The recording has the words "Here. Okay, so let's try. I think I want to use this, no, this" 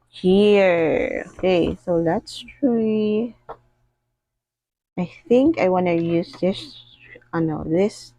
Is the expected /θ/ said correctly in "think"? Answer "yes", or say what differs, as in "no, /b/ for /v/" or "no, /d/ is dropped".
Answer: yes